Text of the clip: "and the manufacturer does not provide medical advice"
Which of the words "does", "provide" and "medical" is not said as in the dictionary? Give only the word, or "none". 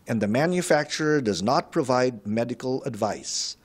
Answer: none